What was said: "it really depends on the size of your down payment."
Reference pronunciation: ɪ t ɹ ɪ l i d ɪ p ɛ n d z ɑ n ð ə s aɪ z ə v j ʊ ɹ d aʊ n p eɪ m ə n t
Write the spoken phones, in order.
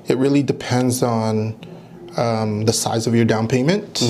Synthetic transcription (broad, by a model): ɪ t ɹ ɪ l i d ɪ p ɛ n d z n ð ə s aɪ z ə v j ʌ ɹ d aʊ n p eɪ m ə n t